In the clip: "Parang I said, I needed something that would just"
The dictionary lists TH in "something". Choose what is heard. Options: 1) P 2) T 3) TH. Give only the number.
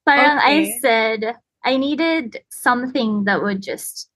3